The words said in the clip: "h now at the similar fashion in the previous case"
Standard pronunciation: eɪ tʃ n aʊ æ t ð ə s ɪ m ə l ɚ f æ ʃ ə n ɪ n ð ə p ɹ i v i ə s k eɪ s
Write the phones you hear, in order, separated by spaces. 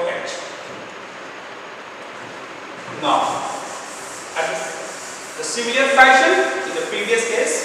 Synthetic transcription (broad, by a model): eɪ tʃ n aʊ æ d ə s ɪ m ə ɚ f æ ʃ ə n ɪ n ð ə p ɹ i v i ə s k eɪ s